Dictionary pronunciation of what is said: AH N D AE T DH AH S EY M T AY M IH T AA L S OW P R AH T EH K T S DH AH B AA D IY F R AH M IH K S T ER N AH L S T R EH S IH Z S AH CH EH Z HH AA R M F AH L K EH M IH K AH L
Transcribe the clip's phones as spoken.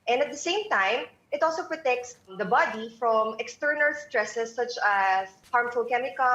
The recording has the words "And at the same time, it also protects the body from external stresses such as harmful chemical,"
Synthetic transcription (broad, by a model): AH N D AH T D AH S EY M T AY M IH T AA L S OW P R AH T EH K T S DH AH B AA D IY F R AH M IH K S T ER N AH L S T R EH S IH S AH CH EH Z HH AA R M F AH L K EH M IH K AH